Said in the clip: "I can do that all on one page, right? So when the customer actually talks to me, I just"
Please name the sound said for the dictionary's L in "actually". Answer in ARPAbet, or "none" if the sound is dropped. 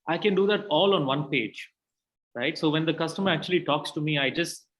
L